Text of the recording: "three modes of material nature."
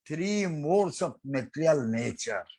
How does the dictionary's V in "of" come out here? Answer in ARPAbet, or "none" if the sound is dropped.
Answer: P